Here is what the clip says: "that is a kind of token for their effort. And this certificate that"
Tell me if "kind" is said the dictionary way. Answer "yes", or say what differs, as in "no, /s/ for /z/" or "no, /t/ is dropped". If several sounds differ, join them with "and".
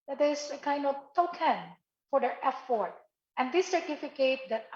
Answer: yes